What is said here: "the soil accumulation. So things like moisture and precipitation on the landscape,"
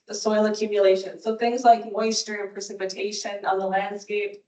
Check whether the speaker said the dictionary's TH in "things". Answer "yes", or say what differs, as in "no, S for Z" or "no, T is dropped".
yes